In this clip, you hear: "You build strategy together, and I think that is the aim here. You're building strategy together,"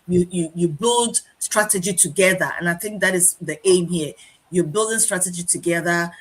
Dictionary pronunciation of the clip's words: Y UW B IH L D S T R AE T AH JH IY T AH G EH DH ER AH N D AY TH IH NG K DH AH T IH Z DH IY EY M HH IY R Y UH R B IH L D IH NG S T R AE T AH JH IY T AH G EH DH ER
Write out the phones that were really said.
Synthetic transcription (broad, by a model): Y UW B IH L D S T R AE T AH JH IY T AH G EH DH ER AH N AY TH IH NG K DH AH T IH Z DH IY EY M HH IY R Y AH B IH L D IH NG S T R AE T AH JH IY T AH G EH DH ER